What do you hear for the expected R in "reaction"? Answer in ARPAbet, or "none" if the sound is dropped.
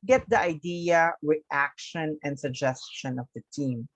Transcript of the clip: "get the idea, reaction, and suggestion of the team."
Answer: W